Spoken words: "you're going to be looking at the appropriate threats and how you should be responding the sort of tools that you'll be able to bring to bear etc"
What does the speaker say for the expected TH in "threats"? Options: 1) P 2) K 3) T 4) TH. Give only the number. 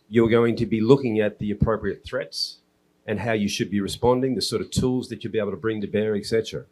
4